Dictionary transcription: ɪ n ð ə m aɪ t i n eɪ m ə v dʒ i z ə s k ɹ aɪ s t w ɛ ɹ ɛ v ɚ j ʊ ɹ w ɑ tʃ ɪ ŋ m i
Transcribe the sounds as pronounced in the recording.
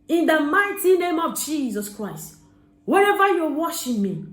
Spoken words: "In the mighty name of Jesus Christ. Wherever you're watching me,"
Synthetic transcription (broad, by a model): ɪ n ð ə m aɪ t i n eɪ m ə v dʒ i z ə s k ɹ aɪ s t w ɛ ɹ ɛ v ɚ j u w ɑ ʃ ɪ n m i